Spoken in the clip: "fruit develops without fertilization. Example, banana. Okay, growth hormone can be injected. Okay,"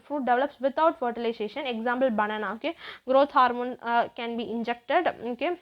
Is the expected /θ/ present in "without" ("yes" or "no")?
no